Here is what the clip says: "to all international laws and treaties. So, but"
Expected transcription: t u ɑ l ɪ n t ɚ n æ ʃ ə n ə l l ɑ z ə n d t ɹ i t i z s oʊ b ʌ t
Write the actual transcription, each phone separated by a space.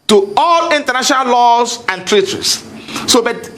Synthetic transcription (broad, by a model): t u ɑ l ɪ n t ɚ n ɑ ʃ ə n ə l l ɑ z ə n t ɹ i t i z s oʊ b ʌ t